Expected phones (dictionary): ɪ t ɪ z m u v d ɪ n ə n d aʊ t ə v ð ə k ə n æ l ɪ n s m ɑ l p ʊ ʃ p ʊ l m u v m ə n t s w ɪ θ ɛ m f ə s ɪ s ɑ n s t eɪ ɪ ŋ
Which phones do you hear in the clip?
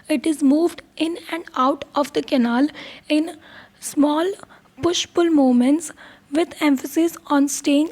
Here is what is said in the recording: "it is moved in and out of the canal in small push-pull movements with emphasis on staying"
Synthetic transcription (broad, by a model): ɪ t ɪ z m u v d ɪ n ə n d aʊ t ə v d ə k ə n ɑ l ɪ n s m ɑ l p ʊ ʃ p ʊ l m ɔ m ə n t s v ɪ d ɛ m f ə s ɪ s ɑ n s t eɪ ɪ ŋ